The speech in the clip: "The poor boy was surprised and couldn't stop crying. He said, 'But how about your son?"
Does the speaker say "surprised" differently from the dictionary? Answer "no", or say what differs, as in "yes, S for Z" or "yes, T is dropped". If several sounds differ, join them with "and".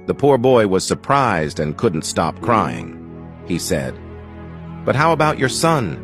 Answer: no